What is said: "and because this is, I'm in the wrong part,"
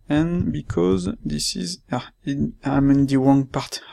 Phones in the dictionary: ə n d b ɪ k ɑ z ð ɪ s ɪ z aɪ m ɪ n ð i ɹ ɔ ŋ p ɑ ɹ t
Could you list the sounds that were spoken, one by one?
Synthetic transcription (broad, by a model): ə n b ɪ k ɑ z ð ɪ s ɪ z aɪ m ɪ n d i w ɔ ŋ p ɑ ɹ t